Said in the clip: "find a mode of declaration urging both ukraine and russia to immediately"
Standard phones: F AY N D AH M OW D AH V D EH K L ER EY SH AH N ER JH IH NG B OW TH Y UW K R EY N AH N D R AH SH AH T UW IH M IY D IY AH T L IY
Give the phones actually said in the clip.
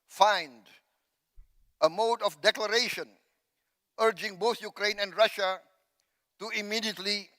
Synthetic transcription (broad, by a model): F AY N D AH M OW D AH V D EH K L ER EY SH AH N ER JH IH NG B OW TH Y UW K R EY N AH N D R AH SH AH T UW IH M IY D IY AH T L IY